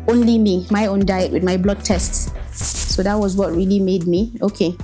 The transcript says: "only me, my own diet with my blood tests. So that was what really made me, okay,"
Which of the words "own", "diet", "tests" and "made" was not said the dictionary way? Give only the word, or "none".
none